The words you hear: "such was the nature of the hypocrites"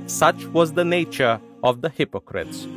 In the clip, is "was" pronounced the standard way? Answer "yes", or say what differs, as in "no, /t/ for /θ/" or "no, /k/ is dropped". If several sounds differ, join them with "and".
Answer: yes